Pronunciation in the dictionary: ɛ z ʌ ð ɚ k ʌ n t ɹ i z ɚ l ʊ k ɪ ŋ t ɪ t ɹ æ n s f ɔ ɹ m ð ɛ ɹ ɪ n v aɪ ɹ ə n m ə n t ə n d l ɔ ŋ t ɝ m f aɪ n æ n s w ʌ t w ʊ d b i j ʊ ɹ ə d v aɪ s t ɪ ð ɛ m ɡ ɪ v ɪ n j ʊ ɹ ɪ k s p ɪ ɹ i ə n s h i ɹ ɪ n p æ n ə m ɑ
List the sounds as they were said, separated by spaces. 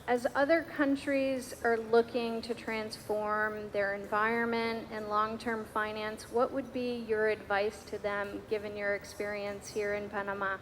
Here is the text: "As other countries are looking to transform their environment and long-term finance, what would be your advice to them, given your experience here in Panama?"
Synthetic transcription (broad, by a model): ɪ z ʌ ð ɚ k ʌ n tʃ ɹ i z ɚ l ʊ k ɪ ŋ t ɪ t ɹ æ n s f ɔ ɹ m ð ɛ ɹ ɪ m v aɪ ɹ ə n m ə n t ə n l ɔ ŋ t ɝ m f aɪ n æ n s w ʌ t w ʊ d b i j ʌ ɹ ə d v aɪ s t ɪ ð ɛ m ɡ ɪ v ɪ n j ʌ ɹ ɪ k s p ɪ ɹ i ə n s h i ɹ ɪ n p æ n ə m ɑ